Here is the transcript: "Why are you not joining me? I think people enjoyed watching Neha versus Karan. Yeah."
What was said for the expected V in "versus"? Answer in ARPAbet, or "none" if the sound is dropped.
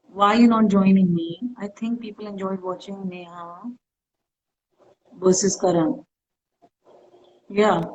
B